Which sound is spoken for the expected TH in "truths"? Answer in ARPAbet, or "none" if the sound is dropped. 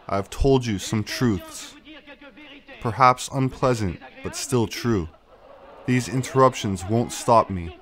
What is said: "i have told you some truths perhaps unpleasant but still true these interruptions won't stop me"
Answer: TH